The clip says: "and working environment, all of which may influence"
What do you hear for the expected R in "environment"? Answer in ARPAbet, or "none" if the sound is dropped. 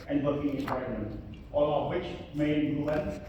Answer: none